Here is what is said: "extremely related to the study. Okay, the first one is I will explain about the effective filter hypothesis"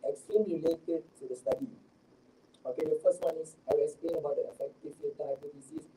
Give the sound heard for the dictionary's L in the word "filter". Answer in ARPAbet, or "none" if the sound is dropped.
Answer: none